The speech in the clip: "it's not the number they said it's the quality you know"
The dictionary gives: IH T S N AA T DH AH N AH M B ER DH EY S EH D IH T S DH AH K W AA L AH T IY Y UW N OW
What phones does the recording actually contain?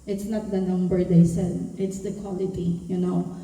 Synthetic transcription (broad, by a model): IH T S N AA T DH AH N AH M B ER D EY S EH D IH T S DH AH K W AA L AH T IY Y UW N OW